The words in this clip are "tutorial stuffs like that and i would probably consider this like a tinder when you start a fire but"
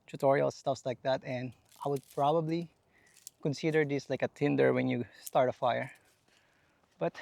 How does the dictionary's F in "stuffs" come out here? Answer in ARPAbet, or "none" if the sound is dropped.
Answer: F